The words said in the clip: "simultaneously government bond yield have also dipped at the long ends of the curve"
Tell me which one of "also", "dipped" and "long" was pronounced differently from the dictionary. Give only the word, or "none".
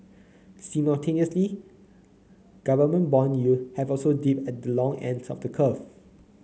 dipped